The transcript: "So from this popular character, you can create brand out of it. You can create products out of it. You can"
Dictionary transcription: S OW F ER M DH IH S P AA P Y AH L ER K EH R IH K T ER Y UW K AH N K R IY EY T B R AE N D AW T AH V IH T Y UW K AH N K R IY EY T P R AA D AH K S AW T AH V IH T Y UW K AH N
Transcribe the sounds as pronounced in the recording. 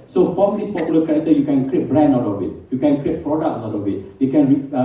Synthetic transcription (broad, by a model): S OW F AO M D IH S P AA P Y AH L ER K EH R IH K T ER Y UW K AH N K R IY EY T B R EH N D AW T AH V IH T Y UW K AH N K R IY EY T P R AA D AH K S AW T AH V IH T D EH K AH N